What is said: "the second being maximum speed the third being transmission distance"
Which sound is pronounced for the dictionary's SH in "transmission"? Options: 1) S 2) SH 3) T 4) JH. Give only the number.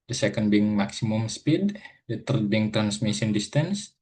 1